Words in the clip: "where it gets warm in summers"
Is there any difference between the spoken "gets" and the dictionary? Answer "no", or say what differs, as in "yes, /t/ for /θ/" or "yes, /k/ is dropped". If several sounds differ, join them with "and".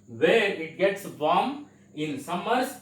no